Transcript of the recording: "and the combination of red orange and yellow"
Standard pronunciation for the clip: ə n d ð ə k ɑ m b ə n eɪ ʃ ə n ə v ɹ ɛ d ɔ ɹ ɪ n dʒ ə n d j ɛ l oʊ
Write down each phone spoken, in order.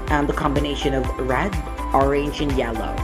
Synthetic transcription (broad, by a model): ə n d ð ə k ɑ m b ə n eɪ ʃ ə n ə v ɹ ɛ d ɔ ɹ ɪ n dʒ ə n j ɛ l oʊ